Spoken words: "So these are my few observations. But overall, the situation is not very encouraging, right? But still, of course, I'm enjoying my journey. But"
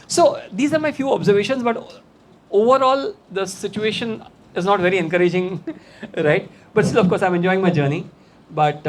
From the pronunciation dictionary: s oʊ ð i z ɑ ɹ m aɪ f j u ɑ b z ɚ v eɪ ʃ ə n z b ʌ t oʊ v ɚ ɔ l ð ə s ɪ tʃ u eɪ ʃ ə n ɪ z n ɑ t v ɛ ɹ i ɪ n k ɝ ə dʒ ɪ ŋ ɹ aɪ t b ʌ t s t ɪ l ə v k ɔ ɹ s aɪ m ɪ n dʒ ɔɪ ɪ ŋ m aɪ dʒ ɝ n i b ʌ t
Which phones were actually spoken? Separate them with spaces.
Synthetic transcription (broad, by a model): s oʊ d i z ɑ ɹ m aɪ f j u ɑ b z ɚ v eɪ ʃ ə n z b ʌ t oʊ v ɚ ɔ l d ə s ɪ tʃ u eɪ ʃ ə n ɪ z n ɑ t v ɛ ɹ i ɪ n k ɝ ə dʒ ɪ ŋ ɹ aɪ t b ʌ t s t ɪ l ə f k ɔ ɹ s aɪ m ɪ n dʒ ɔɪ ɪ ŋ m aɪ dʒ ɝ n i b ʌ t